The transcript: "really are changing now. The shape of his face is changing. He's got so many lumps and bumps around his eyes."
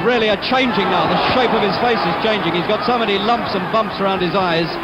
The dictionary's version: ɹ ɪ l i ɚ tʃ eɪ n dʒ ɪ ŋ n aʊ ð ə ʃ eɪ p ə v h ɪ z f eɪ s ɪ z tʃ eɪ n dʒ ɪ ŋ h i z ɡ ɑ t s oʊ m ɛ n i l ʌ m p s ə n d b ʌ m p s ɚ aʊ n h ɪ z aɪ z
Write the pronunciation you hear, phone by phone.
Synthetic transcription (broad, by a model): ɹ ɪ l i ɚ tʃ eɪ n dʒ ɪ ŋ n aʊ ð ə ʃ eɪ p ə v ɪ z f eɪ s ɪ z tʃ eɪ n dʒ ɪ ŋ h i z ɡ ɑ t s oʊ m ɛ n i l ʌ m p s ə n b ʌ m p s ɚ aʊ n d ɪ z aɪ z